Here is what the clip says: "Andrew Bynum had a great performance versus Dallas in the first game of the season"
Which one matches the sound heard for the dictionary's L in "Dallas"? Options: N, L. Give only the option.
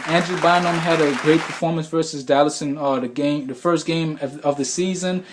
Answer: L